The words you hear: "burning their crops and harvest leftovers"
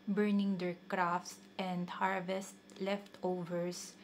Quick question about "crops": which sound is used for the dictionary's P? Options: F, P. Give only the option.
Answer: F